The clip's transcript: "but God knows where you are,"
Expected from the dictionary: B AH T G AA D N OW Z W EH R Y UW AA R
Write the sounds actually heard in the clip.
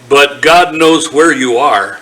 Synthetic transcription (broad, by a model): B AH T G AA D N OW Z W EH R Y UW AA R